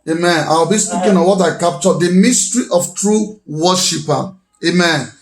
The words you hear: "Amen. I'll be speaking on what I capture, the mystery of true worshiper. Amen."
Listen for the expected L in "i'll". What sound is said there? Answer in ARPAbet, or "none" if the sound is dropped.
W